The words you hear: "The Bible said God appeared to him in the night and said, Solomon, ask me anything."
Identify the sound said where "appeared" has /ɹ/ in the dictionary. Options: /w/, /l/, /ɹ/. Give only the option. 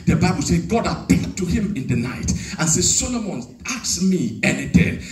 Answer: /l/